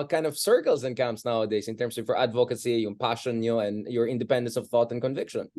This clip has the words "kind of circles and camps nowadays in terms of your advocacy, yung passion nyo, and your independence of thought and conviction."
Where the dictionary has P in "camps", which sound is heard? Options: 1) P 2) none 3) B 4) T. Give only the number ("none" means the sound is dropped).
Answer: 2